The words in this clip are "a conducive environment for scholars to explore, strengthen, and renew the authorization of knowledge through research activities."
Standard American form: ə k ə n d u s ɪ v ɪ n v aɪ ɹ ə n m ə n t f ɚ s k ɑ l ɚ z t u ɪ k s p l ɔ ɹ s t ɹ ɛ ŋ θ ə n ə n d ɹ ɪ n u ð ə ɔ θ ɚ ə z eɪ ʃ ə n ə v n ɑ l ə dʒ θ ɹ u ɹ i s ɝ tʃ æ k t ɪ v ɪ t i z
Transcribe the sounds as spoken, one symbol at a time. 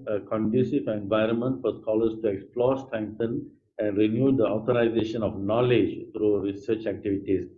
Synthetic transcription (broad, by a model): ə k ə n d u s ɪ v ɪ n v aɪ ɹ ə n m ə n t f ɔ s k ɑ l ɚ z t u ɪ k s p l ɔ ɹ s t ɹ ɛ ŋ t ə n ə n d ɹ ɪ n u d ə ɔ t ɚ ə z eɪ ʃ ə n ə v n ɑ l ə dʒ t ɹ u ɹ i s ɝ tʃ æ k t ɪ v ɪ t i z